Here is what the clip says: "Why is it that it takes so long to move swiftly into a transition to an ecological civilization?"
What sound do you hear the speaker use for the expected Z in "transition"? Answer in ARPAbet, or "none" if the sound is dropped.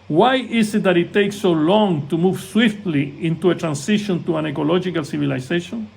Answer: S